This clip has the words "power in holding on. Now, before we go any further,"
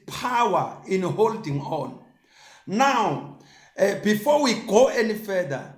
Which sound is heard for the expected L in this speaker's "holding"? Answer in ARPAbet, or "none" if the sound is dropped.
L